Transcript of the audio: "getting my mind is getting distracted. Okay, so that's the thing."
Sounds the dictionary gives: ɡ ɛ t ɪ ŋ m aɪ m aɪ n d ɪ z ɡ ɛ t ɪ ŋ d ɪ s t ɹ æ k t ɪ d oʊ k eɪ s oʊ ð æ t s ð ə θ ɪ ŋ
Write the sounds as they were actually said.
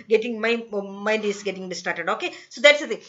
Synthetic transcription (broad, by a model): ɡ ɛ t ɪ ŋ m aɪ m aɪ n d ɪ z ɡ ɛ t ɪ ŋ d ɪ s t ɑ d t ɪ d oʊ k eɪ s oʊ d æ t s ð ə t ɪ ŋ